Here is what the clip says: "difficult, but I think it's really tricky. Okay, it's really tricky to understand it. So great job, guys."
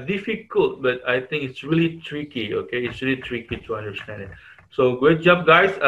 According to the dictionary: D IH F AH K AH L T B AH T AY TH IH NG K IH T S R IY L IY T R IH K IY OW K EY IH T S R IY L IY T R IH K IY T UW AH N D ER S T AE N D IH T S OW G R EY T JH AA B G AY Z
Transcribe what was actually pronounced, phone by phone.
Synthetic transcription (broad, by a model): D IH F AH K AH L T B AH T AY T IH NG K IH T S R IY L IY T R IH K IY OW K EY IH T S R IY L IY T R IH K IY T UW AH N D ER S T AE N D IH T S OW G EY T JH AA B G AY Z